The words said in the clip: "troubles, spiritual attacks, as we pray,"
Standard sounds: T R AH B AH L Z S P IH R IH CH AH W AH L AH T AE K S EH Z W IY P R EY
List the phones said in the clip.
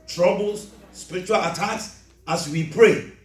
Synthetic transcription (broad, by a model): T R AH B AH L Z S P IH R IH CH AH W AH L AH T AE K S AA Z W IY P R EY